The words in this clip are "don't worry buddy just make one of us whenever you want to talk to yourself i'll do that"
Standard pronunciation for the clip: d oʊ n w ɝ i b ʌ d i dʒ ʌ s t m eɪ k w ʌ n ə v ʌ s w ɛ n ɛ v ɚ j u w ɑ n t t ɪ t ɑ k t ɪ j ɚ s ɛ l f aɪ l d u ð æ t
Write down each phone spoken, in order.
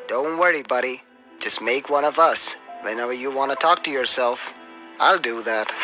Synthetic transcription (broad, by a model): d oʊ n w ɝ i b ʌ d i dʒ ʌ s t m eɪ k w ʌ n ə v ʌ s w ɛ n ɛ v ɚ j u w ɑ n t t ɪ t ɑ k t ɪ j ɚ s ɛ l f aɪ l d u ð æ t